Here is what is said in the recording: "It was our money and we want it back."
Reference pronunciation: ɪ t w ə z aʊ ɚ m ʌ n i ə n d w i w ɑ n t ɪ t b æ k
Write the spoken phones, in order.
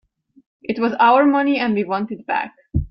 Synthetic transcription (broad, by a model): ɪ t w ə z aʊ ɚ m ʌ n i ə n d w i w ɑ n t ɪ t b æ k